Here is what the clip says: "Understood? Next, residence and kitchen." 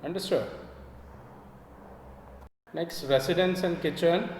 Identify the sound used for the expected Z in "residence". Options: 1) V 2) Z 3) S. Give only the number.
3